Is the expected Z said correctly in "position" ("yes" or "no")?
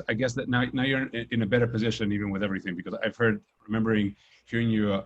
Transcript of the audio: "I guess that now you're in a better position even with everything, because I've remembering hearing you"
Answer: yes